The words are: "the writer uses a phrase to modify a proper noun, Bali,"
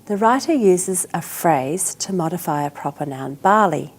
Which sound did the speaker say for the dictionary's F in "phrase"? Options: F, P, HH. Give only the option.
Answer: F